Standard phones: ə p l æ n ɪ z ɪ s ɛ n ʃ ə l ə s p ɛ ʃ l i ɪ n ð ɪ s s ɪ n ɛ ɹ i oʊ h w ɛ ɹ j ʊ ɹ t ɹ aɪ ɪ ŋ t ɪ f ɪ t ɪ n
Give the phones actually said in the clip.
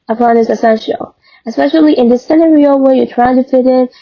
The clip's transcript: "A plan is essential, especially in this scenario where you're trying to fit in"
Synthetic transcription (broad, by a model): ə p ɑ n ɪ s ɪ s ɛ n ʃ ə l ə s p ɛ ʃ l i ɪ n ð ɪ s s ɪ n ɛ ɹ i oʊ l w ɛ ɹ j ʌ ɹ t ɹ aɪ ɪ ŋ t ɪ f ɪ t ɪ n